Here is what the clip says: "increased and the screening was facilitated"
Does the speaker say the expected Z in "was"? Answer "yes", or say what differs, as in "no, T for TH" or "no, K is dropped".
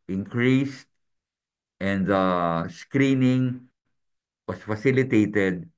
no, S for Z